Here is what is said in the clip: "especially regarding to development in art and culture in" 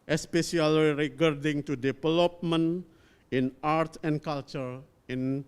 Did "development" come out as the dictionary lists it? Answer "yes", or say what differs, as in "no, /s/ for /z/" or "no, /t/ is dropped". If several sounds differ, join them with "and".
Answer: no, /t/ is dropped